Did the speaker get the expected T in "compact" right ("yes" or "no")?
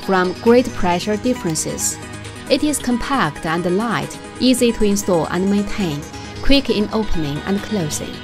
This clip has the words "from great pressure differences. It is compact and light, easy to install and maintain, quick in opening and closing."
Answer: yes